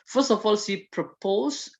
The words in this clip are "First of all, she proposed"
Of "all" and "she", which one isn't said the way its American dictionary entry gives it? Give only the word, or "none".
she